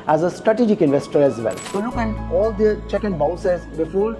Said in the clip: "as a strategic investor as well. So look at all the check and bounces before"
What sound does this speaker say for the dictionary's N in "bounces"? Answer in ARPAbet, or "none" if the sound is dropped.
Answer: none